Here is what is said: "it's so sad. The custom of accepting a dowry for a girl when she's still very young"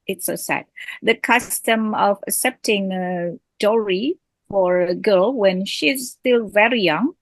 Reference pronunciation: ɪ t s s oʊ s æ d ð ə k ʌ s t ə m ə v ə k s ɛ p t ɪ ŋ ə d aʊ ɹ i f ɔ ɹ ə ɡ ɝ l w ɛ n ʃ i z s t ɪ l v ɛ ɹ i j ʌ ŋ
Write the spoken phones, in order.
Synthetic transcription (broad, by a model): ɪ t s s oʊ s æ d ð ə k ʌ s t ə m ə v ə k s ɛ p t ɪ ŋ ə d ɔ ɹ i f ɔ ɹ ə ɡ ɝ l w ɛ n ʃ i z s t ɪ l v ɛ ɹ i j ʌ ŋ